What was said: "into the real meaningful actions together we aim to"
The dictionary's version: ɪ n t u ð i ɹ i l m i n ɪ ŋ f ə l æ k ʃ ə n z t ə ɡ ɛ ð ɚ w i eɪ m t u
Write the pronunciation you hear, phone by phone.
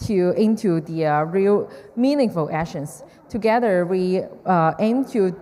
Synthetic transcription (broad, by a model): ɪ n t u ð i ɹ i l m i n ɪ ŋ f ə l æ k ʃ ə n s t ə ɡ ɛ ð ɚ w i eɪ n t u